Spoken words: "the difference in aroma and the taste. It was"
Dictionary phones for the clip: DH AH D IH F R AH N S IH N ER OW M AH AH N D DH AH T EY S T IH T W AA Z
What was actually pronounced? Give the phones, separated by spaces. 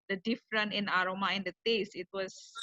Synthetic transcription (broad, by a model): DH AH D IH F R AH N IH N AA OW M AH AH N D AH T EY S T IH T W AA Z